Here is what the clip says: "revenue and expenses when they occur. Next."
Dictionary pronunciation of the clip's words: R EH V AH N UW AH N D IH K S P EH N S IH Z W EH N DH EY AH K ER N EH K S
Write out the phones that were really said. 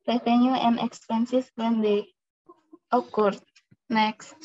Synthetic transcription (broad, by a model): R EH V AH N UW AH N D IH K S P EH N S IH S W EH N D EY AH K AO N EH K S